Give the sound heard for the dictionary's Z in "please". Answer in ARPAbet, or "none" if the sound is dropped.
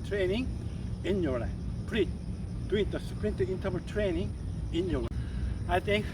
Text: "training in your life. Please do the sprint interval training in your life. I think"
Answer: none